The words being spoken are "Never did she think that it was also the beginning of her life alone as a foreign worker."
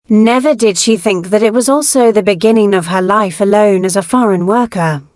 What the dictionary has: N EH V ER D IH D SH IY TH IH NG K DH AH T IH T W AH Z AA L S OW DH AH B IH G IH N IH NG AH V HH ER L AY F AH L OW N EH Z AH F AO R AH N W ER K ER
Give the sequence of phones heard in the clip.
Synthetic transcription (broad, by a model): N EH V ER D IH D SH IY TH IH NG K DH AH T IH T W AH Z AA L S OW DH AH B IH G IH N IH NG AH V ER L AY F AH L OW N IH Z AH F AO R AH N W ER K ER